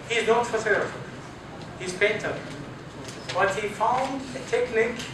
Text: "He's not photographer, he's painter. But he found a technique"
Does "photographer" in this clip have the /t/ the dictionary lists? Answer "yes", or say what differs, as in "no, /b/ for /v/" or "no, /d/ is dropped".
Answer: no, /s/ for /t/